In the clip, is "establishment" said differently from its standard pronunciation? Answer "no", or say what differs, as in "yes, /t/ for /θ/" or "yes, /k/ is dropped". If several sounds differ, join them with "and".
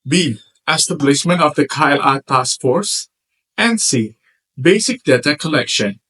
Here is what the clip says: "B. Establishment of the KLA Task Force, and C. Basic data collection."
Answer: yes, /s/ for /ʃ/